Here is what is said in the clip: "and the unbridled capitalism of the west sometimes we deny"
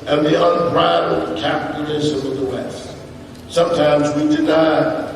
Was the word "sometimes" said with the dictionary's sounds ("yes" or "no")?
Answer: yes